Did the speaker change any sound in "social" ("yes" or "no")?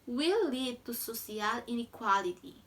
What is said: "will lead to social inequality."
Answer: yes